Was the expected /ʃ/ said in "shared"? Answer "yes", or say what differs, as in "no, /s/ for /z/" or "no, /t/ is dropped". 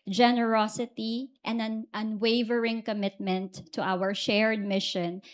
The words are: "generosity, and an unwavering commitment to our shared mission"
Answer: yes